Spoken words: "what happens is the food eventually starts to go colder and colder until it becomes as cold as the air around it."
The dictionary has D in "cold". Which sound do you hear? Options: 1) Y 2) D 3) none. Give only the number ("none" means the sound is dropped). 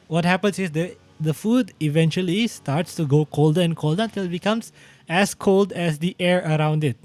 2